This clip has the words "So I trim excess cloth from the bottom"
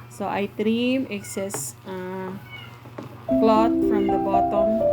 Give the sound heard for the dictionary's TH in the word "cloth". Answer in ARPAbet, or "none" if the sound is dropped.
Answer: T